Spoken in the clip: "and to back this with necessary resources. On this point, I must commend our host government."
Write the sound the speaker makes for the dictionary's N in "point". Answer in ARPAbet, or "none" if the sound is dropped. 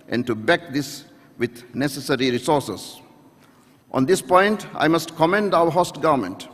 N